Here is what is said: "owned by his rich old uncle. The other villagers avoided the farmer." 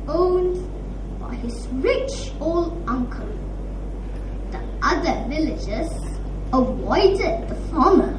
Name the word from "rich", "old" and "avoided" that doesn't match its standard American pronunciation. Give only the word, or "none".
avoided